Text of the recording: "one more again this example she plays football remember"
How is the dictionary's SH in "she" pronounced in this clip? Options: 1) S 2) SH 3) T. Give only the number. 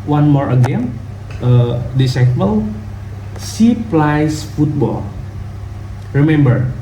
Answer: 1